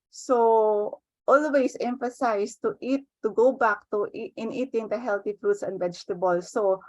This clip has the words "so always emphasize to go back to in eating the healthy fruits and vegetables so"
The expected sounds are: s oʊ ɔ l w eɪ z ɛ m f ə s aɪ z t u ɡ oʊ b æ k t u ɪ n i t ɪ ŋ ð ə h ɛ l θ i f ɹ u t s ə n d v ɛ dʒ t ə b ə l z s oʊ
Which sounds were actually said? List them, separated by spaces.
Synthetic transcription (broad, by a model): s oʊ ɔ l w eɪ s ɛ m f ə s aɪ s t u ɡ oʊ b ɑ k t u ɪ n i t ɪ ŋ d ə h ɛ l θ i f ɹ u t s ə n d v ɛ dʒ t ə b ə l s oʊ